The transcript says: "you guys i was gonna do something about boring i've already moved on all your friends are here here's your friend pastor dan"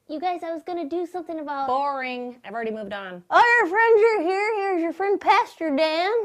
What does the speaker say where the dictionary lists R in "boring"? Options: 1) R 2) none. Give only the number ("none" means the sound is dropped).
1